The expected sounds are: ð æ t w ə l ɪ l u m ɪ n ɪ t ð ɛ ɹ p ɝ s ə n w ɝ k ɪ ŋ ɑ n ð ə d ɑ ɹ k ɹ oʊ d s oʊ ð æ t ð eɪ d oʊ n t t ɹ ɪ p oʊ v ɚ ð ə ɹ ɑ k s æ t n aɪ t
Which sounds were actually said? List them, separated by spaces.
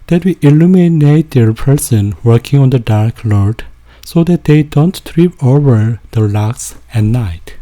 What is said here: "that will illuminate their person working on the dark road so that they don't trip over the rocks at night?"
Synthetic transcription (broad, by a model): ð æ t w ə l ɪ l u m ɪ n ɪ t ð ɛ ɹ p ɝ s ə n w ɝ k ɪ ŋ ɑ n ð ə d ɑ ɹ k l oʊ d s oʊ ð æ t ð eɪ d oʊ n t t ɹ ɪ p oʊ v ɚ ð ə l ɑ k s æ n aɪ t